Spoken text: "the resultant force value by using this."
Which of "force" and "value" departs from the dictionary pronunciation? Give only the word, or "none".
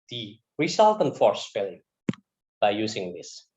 value